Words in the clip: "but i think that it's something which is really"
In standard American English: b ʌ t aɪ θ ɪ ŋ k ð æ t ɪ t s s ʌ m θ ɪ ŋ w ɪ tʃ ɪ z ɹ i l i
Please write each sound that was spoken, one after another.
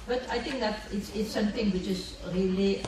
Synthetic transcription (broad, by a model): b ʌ t aɪ t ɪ ŋ k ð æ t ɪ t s s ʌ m t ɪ ŋ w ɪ tʃ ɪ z ɹ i l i